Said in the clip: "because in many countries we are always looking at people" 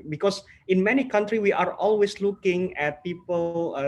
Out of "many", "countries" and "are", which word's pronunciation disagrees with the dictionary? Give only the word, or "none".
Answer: countries